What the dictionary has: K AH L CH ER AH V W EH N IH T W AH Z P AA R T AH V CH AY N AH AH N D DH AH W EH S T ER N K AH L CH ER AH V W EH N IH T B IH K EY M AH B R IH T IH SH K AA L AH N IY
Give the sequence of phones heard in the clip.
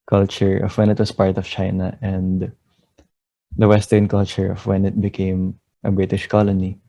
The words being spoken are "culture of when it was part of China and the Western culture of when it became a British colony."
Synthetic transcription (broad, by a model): K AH L CH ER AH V W EH N IH T W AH S P AA R T AH V CH AY N AH AH N D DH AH W EH S T ER N K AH L CH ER AH V W EH N IH T B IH K EY M AH B R IH T IH SH K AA L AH N IY